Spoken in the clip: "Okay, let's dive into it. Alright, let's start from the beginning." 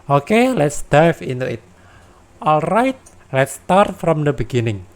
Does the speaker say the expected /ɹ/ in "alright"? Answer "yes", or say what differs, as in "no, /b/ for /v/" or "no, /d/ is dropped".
yes